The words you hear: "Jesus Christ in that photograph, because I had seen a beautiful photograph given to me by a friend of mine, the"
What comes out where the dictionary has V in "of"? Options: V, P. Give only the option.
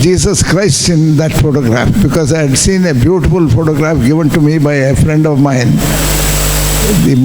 V